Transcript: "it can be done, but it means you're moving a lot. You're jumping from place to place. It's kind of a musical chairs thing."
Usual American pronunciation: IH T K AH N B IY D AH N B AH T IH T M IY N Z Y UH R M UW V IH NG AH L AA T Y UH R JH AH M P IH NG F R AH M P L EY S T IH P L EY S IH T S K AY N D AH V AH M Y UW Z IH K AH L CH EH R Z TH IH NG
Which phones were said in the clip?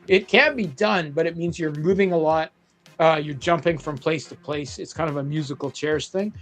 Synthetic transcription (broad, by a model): IH T K AH N B IY D AH N B AH T IH T M IY N Z Y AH R M UW V IH NG AH L AA T Y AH R JH AH M P IH NG F R AH M P L EY S T IH P L EY S IH T S K AY N D AH V AH M Y UW Z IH K L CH EH R S TH IH NG